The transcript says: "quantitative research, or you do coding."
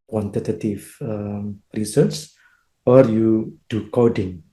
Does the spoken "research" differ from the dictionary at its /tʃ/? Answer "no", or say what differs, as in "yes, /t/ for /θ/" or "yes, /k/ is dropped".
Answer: yes, /s/ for /tʃ/